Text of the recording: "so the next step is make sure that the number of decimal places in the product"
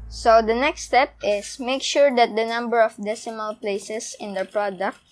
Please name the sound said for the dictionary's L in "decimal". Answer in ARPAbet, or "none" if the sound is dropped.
L